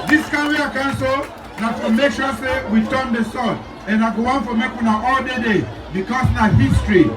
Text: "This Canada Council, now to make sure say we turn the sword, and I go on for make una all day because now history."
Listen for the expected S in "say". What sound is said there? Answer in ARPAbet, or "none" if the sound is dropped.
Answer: S